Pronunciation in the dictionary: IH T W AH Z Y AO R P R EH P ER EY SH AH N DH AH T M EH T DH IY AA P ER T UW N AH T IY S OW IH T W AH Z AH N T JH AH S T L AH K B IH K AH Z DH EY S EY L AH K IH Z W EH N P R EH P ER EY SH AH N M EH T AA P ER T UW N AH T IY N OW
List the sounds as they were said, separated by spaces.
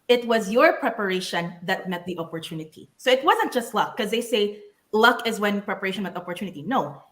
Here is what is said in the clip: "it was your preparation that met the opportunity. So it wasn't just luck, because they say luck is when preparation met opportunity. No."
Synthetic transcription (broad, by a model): IH T W AH Z Y AO R P R EH P ER EY SH AH N DH AH T M EH T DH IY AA P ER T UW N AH T IY S OW IH T W AH Z AH N T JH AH S T L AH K K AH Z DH EY S EY L AH K IH Z W EH N P R EH P ER EY SH AH N M EH T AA P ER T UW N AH T IY N OW